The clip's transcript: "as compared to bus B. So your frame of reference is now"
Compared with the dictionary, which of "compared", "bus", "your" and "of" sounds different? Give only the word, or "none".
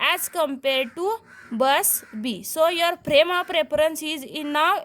of